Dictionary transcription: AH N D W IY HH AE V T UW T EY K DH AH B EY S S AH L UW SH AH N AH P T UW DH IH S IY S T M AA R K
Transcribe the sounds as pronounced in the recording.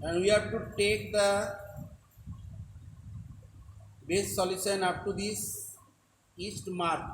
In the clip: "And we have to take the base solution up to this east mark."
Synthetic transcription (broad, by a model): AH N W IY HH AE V T UW T EY K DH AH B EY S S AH L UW S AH N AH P T UW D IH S IY S T M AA R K